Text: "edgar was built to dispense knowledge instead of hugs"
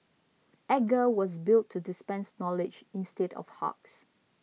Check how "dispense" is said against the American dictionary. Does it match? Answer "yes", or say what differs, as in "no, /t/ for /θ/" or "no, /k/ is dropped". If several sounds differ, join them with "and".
yes